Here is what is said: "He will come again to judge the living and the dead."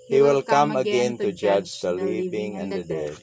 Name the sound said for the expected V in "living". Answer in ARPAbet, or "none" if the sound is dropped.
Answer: P